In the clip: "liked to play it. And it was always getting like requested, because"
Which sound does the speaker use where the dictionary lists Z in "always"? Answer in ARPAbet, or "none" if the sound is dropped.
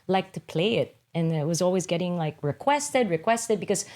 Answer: Z